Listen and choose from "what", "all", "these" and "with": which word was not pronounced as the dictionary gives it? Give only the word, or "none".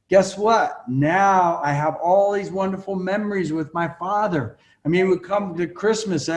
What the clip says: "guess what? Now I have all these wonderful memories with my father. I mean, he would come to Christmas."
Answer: none